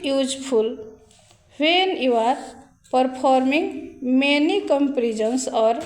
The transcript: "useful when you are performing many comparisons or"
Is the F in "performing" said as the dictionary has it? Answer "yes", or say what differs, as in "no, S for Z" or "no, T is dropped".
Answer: no, P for F